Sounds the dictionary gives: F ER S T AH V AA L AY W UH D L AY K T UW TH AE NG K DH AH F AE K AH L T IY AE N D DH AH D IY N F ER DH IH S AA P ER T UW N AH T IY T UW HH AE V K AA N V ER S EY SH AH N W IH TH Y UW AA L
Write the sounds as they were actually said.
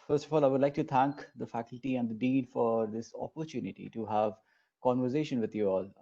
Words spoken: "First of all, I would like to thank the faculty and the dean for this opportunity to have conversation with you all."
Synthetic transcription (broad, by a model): F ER S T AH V AA L AY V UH D L AY K T UW T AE NG K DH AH F AE K AH L T IY AE N D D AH D IY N F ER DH IH S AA P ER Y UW N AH T IY T UW HH AE V K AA N V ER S EY SH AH N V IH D Y UW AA L